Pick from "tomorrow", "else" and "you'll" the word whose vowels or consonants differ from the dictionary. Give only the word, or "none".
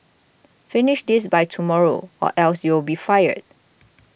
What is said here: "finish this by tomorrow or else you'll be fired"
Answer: you'll